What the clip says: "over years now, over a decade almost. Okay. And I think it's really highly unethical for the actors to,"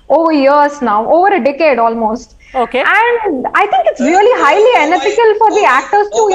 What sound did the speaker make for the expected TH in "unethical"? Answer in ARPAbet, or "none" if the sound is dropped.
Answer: F